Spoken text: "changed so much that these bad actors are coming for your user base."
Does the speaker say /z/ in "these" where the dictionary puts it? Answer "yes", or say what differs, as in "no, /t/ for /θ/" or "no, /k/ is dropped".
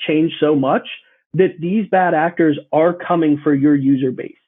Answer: yes